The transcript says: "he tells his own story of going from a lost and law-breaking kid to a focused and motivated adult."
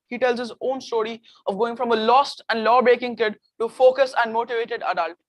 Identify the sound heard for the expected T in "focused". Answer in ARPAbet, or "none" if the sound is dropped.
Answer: none